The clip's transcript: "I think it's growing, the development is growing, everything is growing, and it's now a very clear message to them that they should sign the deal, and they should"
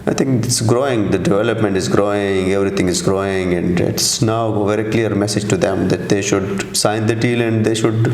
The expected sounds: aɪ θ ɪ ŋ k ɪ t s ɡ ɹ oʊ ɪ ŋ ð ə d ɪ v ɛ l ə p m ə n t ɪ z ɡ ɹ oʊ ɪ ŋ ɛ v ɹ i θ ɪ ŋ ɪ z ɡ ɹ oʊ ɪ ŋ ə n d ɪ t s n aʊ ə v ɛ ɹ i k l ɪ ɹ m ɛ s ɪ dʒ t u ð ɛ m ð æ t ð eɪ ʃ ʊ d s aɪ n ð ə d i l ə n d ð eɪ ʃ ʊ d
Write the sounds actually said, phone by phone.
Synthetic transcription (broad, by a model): aɪ t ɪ ŋ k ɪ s ɡ ɹ oʊ ɪ ŋ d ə d ɪ v ɛ l ə p m ə n t ɪ z ɡ ɹ oʊ ɪ ŋ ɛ v ɹ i t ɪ ŋ ɪ z ɡ ɹ oʊ ɪ ŋ ə n d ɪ t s n aʊ ə v ɛ ɹ i k l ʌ ɹ m ɛ s ɪ dʒ t u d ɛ m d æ t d eɪ ʃ ʊ d s aɪ n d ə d i l ə n d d eɪ ʃ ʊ d